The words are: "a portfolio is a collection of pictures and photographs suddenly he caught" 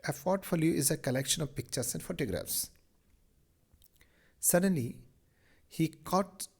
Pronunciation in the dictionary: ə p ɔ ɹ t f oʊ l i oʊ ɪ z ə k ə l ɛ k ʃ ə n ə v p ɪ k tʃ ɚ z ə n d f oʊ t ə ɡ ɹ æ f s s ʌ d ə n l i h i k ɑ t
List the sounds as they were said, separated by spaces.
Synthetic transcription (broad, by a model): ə f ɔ ɹ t f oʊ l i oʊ ɪ z ə k ə l ɛ k ʃ ə n ə v p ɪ k tʃ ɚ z ə n d f oʊ t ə ɡ ɹ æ f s s ʌ d ə n l i h i k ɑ t